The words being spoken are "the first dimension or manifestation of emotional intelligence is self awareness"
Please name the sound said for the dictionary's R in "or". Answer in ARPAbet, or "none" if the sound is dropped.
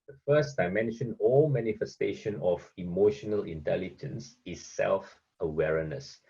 L